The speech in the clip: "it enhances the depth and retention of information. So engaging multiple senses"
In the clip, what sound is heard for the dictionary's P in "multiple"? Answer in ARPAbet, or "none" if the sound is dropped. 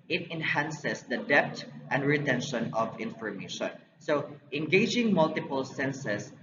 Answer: P